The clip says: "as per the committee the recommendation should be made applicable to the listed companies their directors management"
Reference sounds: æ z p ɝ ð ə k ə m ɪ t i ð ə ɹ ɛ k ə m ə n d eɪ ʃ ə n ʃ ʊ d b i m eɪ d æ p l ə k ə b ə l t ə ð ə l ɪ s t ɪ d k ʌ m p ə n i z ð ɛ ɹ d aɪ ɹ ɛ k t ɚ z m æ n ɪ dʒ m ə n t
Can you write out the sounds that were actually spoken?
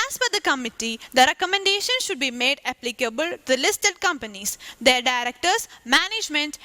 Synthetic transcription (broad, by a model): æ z f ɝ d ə k ə m ɪ t i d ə ɹ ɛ k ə m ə n d eɪ ʃ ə n ʃ ʊ d b i m eɪ d æ p l ə k ə b ə l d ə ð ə l ɪ s t ɪ d k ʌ m p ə n i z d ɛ ɹ d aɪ ɹ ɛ k t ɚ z m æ n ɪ dʒ m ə n t